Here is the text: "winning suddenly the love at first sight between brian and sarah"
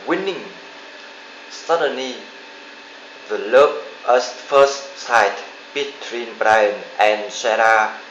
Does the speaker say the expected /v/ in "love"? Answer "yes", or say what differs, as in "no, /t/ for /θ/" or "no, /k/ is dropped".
no, /p/ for /v/